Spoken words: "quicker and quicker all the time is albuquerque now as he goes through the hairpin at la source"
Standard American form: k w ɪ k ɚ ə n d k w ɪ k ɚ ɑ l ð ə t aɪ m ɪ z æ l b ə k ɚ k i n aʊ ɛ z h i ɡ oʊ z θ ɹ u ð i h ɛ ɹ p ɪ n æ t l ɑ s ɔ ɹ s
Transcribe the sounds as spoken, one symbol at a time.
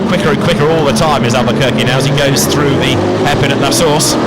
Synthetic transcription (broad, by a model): k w ɪ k ɚ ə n k w ɪ k ɚ ɑ l ð ə t aɪ m ɪ z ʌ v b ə k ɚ k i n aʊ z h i ɡ oʊ z θ ɹ u ð i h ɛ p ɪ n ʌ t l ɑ s ɔ ɹ s